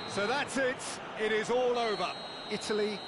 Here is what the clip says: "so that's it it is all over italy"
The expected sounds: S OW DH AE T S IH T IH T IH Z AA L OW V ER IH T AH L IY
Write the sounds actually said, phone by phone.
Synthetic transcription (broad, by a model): S OW DH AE T S IH T IH T IH Z AA L OW V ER IH T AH L IY